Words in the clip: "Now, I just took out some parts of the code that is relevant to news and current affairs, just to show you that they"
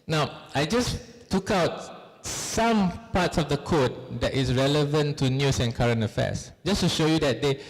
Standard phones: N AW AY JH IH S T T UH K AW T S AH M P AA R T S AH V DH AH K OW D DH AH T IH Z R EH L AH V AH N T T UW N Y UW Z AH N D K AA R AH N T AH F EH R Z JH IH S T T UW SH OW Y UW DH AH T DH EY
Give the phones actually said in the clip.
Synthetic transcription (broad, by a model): N AW AY JH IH S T T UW K AW T S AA M P AA T S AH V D AH K OW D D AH T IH S R EH L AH V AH N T T UW N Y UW S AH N K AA R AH N AH F EH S JH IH S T T UW SH OW Y UW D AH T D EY